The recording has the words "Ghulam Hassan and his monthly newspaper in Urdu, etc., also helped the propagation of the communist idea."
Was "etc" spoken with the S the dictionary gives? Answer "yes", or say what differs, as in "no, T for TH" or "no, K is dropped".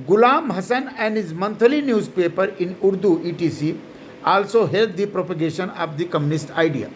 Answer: no, S is dropped